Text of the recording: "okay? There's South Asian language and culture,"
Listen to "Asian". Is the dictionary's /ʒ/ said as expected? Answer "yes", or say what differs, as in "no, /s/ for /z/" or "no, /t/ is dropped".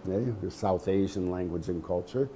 yes